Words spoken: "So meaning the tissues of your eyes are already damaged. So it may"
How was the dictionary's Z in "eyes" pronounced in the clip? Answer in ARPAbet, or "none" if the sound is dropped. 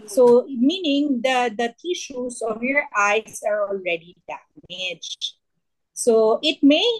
S